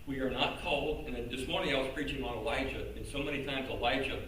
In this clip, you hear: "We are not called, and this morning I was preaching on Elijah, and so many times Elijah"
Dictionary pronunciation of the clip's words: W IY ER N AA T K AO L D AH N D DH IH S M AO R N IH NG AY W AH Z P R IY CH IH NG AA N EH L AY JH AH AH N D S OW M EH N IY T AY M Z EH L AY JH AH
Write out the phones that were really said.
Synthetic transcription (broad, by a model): W IY ER N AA T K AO L D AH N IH DH IH S M AO R N IH NG AY W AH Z P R IY CH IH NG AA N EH L AY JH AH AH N S OW M EH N IY T AY M Z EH L AY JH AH